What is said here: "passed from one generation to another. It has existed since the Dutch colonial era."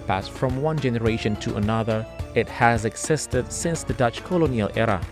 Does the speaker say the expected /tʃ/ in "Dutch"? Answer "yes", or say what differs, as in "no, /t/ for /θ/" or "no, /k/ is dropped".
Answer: yes